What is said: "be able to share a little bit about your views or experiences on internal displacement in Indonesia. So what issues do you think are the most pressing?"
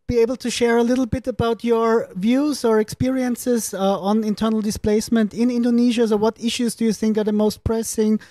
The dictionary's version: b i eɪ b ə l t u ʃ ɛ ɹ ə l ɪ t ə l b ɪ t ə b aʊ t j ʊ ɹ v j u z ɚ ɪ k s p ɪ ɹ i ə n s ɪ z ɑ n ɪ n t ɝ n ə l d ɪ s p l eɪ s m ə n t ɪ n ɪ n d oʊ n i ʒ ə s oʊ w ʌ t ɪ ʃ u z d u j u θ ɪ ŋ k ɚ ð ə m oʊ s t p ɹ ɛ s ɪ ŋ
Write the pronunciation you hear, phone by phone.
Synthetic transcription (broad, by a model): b i eɪ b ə l t u ʃ ɛ ɹ ə l ɪ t l b ɪ t ə b aʊ t j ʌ ɹ v j u z ɚ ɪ k s p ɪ ɹ i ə n s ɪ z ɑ n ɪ n t ɝ n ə l d ɪ s p l eɪ s m ə n t ɪ n ɪ n d oʊ n i ʒ ə s oʊ w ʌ t ɪ ʃ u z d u j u θ ɪ ŋ k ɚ ð ə m oʊ s t p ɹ ɛ s ɪ ŋ